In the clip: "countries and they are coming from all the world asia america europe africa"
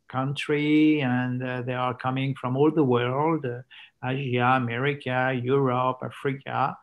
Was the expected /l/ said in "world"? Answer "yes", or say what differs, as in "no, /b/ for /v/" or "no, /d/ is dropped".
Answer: yes